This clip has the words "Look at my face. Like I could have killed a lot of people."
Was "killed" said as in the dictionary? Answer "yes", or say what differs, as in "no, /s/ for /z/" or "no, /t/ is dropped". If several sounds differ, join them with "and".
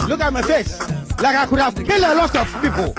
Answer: no, /d/ is dropped